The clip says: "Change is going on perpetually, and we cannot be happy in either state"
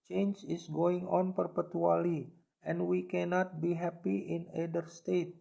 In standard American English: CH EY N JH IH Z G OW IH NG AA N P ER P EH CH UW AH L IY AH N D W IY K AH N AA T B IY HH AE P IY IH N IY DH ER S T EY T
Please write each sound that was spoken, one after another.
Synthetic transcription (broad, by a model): CH EY N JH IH S G OW IH NG AA N P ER P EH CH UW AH L IY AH N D W IY K AH N AA T B IY HH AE P IY IH N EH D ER S T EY T